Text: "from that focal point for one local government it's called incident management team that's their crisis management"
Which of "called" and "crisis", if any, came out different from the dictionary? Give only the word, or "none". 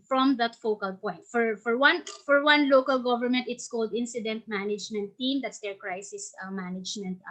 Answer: none